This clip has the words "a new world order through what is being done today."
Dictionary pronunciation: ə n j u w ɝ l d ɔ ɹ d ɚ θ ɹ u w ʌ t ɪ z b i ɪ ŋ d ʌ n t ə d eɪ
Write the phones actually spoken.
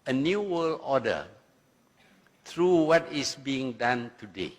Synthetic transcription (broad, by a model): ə n j u w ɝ l ɔ d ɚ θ ɹ u w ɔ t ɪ s b i ɪ ŋ d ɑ n t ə d eɪ